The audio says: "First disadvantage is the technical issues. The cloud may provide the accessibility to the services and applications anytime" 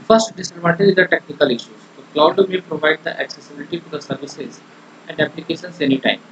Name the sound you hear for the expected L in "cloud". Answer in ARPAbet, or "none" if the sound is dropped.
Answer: L